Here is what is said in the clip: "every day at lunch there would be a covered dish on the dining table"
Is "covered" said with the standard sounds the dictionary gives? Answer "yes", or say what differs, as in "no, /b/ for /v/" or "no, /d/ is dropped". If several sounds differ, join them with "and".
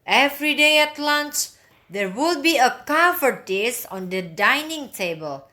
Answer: no, /f/ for /v/